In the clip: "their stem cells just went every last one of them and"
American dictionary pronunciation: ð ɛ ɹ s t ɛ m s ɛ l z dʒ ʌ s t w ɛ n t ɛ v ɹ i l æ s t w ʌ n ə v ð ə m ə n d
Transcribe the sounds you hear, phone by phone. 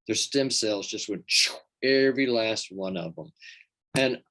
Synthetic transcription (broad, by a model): ð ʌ ɹ s t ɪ m s ɛ l z dʒ ʌ s t w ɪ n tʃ ɛ v ɹ i l æ s t w ʌ n ə v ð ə m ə n